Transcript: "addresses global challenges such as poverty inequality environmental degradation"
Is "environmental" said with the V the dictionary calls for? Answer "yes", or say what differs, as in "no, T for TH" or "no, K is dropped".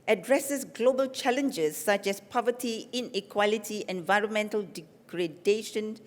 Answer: yes